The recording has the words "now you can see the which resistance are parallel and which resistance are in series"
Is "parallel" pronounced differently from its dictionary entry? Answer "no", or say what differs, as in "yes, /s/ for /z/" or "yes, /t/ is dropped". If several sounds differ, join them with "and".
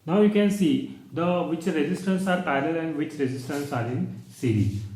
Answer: yes, /ɹ/ is dropped